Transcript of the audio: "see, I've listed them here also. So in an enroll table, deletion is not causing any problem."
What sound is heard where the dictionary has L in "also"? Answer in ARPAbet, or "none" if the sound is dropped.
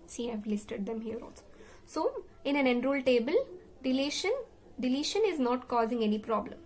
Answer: N